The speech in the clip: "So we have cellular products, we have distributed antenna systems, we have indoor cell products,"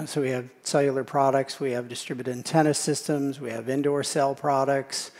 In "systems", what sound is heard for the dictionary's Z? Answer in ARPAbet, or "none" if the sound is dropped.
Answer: Z